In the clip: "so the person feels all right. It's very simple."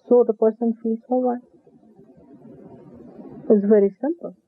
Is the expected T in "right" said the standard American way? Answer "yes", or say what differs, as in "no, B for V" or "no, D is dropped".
no, T is dropped